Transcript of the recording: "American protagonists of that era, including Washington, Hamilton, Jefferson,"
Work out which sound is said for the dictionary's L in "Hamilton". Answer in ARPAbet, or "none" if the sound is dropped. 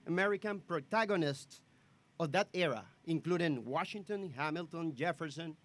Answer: L